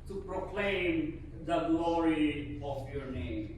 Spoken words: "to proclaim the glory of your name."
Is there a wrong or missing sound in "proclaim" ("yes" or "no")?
no